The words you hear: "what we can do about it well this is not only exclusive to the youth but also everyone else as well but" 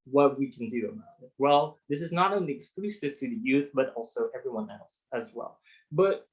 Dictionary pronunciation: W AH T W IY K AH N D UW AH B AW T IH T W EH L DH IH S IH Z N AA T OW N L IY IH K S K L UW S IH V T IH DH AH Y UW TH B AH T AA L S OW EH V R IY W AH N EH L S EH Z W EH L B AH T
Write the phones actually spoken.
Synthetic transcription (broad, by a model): W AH T W IY K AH N D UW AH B AW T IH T W EH L DH IH S IH Z N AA T OW N L IY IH K S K L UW S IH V T IH DH AH Y UW TH B AH T AA L S OW EH V R IY W AH N EH L S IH Z W EH L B AH T